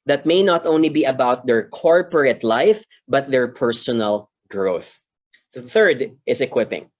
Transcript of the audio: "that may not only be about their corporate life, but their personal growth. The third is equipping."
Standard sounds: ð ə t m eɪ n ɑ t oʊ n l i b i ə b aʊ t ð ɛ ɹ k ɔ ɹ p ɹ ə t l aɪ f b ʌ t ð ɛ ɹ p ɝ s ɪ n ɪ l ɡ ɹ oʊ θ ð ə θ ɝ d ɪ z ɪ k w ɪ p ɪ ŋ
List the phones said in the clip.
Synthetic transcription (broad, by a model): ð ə t m eɪ n ɑ t oʊ n l i b i ə b aʊ t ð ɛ ɹ k ɔ ɹ p ɹ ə t l aɪ f b ʌ t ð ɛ ɹ p ɝ s ɪ n ɪ l ɡ ɹ oʊ θ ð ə θ ɝ d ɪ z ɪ k w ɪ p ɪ ŋ